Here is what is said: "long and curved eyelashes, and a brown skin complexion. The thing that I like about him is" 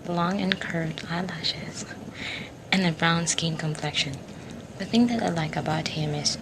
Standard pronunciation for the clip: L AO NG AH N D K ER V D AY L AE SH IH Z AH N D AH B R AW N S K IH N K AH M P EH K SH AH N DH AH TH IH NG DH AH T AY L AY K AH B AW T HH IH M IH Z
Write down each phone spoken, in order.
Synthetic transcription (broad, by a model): L AO NG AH N K ER V D AY L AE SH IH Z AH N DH AH B R AW N S K IH N K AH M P EH K SH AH N DH AH TH IH NG DH AH T AY L AY K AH B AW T HH IH M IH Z